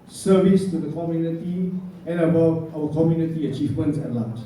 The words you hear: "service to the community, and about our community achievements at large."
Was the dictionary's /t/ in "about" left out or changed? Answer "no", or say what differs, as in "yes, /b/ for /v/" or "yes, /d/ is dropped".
yes, /t/ is dropped